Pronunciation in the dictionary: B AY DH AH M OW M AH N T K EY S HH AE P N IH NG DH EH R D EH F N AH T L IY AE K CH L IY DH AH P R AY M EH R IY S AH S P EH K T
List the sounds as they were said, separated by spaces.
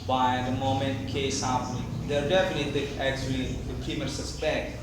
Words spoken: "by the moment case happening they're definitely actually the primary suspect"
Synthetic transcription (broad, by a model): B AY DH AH M OW M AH N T K EY S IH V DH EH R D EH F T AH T IY AE K CH L IY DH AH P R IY M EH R S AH S P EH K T